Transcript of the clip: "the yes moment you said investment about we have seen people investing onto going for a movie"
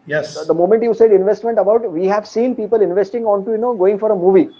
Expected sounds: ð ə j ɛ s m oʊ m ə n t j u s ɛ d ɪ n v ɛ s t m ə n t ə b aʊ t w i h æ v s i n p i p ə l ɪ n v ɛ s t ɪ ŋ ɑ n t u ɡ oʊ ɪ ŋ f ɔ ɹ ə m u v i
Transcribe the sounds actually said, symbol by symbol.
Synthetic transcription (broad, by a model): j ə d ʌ m oʊ m ə n t j u s ɛ d ɪ n v ɛ s t m ə n t ə b aʊ t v i h æ v s i n p i p ə l ɪ n v ɛ s t ɪ ŋ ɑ n t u ɡ oʊ ɪ ŋ f ɔ ɹ ə m u v i